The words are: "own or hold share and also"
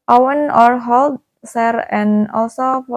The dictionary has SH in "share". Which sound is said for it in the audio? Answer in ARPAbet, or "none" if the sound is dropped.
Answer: S